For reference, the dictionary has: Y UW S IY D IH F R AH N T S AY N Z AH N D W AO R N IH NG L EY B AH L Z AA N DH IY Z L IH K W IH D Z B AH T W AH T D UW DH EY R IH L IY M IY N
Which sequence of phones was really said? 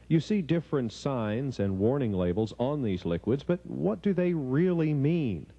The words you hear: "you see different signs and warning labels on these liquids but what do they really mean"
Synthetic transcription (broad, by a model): Y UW S IY D IH F R AH N T S AY N Z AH N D W AO R N IH NG L EY B L Z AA N DH IY Z L IH K W IH D Z B AH T W AH T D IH DH EY R IH L IY M IY N